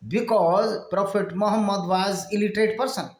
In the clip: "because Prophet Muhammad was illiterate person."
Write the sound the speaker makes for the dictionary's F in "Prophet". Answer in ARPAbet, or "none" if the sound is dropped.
P